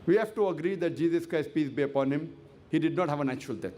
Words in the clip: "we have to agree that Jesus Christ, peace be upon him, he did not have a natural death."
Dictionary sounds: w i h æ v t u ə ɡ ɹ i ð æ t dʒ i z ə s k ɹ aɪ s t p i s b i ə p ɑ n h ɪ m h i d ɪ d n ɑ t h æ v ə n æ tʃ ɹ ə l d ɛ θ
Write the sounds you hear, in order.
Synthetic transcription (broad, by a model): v i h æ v t u ə ɡ ɹ i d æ t dʒ i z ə s k ɹ aɪ s t p i s b i ə p ɑ n h ɪ m h i d ɪ d n ɑ t h æ v ə n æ tʃ ɹ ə l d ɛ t